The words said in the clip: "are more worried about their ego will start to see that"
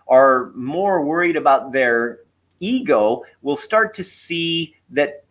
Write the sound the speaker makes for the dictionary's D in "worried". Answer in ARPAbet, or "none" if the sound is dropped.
D